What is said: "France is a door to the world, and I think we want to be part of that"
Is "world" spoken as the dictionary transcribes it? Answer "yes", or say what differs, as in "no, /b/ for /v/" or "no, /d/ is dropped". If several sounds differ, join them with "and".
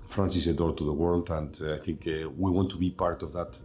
yes